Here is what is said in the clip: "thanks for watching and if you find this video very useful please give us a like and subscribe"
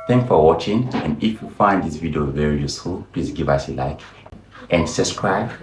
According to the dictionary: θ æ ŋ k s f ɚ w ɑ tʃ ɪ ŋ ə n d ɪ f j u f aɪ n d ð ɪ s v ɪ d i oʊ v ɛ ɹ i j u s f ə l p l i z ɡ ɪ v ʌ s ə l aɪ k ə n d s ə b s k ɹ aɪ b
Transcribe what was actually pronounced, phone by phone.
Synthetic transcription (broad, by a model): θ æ ŋ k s f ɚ w ɑ tʃ ɪ ŋ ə n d ɪ f j u f aɪ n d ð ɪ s v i d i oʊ v ɛ ɹ i j u s f ə l p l i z ɡ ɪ v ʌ s ə l aɪ k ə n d s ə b s k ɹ aɪ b